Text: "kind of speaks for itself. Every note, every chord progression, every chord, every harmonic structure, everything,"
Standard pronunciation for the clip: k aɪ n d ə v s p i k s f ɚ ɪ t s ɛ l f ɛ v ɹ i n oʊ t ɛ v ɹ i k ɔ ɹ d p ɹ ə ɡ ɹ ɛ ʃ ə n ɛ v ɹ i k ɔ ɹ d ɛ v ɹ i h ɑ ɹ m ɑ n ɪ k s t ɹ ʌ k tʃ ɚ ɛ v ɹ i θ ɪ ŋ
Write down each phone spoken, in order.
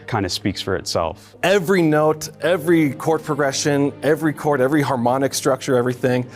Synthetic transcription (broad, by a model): k aɪ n d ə s p i k s f ɚ ɪ t s ɛ l f ɛ v ɹ i n oʊ t ɛ v ɹ i k ɔ ɹ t p ɹ ə ɡ ɹ ɛ ʃ ə n ɛ v ɹ i k ɔ ɹ d ɛ v ɹ i h ɑ ɹ m ɑ n ɪ k s t ɹ ʌ k tʃ ɚ ɛ v ɹ i θ ɪ ŋ